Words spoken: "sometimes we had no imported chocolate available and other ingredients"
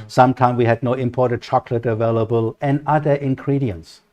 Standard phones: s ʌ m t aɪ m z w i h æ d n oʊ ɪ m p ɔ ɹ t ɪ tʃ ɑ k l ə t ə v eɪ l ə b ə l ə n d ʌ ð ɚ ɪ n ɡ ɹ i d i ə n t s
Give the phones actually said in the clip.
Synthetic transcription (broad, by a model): s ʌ m t aɪ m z w i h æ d n oʊ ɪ m p ɔ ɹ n tʃ ɑ k l ə t ə v eɪ l ə b ə l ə n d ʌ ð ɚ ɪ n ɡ ɹ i d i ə n t s